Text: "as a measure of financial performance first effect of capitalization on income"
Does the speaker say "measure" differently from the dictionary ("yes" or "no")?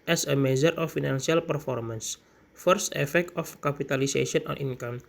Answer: yes